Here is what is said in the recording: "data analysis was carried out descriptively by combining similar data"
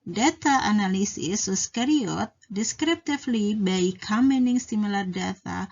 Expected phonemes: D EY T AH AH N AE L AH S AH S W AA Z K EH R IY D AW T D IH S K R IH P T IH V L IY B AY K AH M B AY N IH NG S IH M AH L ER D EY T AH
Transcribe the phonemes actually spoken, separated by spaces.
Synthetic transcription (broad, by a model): D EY T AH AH N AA L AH S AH S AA S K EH R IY AO T D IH S K R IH P T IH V L IY B AY K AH M EH N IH NG S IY M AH L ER D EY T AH